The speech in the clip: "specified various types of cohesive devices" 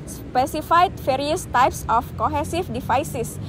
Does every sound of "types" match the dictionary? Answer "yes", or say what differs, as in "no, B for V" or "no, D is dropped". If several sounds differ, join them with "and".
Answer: yes